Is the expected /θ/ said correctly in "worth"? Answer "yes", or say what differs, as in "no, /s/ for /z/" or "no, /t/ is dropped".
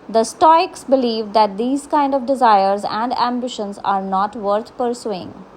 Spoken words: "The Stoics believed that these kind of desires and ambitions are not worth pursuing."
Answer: no, /t/ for /θ/